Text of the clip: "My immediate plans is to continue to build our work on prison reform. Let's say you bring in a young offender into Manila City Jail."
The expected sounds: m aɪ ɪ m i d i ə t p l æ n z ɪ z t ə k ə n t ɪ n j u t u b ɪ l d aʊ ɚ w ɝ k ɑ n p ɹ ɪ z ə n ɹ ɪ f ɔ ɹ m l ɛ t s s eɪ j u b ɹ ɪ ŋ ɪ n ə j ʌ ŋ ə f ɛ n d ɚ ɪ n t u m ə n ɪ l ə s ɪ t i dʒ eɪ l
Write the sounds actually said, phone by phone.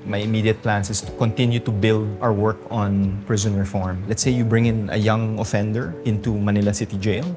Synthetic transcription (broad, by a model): m aɪ ɪ m i d i ə t p l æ n s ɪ s t ə k ə n t ɪ n j u t u b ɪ l d aʊ ɚ w ɝ k ɑ n p ɹ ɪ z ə n ɹ ɪ f ɔ ɹ m l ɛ t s s eɪ j u b ɹ ɪ ŋ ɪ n ə j ʌ ŋ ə f ɛ n d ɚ ɪ n t u m ə n ɪ l ə s ɪ t i dʒ eɪ l